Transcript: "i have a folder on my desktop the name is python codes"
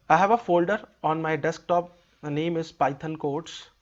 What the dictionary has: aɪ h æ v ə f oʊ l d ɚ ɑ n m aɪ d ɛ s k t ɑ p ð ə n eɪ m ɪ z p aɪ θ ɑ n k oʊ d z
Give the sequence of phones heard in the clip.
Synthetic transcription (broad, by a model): aɪ h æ v ə f oʊ l d ɚ ɑ n m aɪ d ɛ s k t ɑ p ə n eɪ m ɪ z p aɪ t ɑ n k oʊ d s